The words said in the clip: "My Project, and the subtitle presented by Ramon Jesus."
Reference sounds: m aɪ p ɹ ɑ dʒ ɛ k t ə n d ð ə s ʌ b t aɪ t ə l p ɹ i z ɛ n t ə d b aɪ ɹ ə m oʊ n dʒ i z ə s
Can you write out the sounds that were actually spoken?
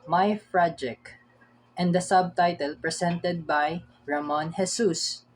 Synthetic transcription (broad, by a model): m aɪ f ɹ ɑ dʒ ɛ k t ə n d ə s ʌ b t aɪ t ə l p ɹ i s ɛ n t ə d b aɪ ɹ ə m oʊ n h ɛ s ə s